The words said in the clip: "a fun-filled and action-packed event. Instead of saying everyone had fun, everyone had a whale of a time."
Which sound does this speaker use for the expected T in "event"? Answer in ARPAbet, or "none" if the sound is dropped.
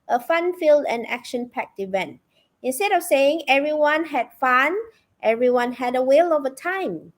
T